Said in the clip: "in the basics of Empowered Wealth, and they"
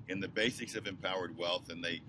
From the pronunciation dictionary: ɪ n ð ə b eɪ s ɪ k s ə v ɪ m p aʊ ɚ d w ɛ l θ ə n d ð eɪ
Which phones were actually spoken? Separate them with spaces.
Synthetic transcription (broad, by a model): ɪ n ð ə b eɪ s ɪ k s ə v ɪ m p aʊ ɚ d w ɛ l θ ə n ð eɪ